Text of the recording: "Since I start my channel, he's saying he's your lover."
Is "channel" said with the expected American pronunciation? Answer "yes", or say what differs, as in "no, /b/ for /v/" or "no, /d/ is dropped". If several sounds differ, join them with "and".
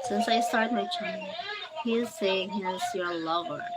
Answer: no, /n/ is dropped and /n/ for /l/